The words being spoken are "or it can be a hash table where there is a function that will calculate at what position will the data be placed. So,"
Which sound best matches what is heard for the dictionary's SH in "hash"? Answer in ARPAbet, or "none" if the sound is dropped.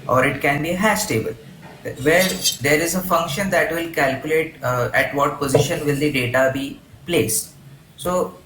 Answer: S